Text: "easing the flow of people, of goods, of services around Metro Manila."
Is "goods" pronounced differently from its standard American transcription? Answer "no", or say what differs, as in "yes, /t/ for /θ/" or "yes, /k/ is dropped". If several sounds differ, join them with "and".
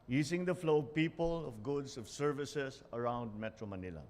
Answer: yes, /s/ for /z/